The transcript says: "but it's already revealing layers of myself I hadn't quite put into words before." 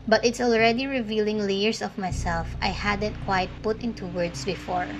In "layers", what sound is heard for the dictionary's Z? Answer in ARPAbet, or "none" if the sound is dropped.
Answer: S